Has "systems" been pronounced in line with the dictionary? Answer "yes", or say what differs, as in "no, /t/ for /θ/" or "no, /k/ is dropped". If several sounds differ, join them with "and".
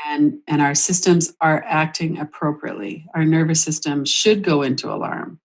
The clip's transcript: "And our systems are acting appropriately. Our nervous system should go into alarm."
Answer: yes